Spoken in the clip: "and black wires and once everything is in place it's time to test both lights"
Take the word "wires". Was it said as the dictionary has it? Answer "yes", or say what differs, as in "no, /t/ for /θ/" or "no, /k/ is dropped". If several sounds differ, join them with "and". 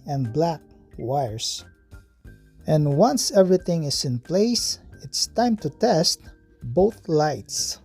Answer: no, /s/ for /z/